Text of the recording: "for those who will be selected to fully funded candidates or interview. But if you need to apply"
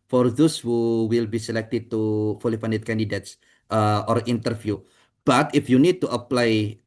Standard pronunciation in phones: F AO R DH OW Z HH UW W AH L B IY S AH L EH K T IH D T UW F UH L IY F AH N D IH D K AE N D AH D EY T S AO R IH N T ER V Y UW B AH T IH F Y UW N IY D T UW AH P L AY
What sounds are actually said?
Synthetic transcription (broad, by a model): F AO R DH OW S HH UW W AH L B IY S AH L EH K T IH D T UW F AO L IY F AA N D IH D K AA N D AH D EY T S AO R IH N T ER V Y UW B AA T IH F Y UW N IY D T UW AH P L AY